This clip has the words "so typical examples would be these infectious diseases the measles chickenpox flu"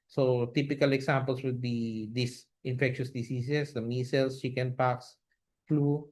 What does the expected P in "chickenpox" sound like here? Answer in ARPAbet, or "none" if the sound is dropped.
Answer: P